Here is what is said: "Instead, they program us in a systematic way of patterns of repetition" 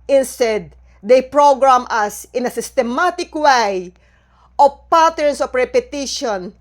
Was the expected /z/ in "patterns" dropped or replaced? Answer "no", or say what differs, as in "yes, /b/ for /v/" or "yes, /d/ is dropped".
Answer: yes, /s/ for /z/